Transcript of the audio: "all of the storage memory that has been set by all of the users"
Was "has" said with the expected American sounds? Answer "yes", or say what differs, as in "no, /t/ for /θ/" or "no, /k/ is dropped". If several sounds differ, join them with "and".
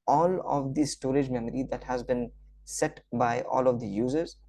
yes